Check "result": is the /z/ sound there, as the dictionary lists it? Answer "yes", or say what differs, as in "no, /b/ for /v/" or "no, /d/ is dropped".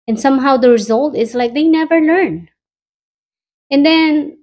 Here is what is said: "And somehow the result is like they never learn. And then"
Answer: yes